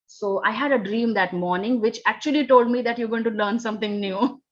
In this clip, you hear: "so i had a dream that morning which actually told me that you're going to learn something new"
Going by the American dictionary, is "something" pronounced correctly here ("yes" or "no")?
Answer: no